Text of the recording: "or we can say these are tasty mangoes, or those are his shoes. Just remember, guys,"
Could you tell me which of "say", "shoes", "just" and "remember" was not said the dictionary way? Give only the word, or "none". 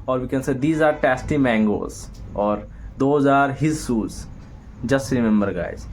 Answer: shoes